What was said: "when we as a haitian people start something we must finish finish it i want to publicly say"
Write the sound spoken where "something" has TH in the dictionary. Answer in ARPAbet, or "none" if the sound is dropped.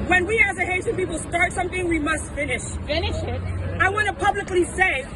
TH